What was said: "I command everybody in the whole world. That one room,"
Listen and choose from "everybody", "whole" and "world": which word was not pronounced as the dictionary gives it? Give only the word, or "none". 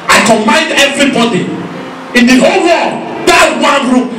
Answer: world